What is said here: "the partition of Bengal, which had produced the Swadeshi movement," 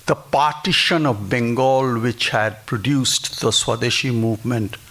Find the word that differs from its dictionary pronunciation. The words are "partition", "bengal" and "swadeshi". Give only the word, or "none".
none